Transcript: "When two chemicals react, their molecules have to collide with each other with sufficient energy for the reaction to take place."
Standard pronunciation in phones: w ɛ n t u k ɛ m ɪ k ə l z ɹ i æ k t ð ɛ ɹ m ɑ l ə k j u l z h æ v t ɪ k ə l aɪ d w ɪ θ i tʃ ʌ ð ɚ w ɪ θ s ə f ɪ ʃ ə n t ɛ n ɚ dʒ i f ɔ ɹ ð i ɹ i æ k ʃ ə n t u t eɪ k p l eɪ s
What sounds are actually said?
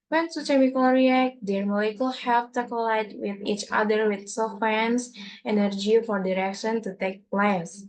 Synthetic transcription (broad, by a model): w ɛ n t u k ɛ m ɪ k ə l ɹ i æ k t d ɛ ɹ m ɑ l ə k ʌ l h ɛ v t ɪ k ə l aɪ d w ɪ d i tʃ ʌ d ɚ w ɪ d s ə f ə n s ɛ n ɚ dʒ i f ɔ ɹ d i ɹ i k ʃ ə n t u t eɪ k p l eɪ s